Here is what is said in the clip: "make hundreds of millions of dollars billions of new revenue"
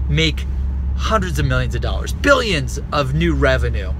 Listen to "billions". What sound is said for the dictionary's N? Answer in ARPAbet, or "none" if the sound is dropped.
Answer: N